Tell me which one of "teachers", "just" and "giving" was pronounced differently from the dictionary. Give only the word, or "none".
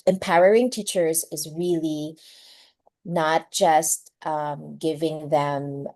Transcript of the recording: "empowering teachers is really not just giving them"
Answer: none